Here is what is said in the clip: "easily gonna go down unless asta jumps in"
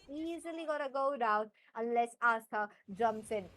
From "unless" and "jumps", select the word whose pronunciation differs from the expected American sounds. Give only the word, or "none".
none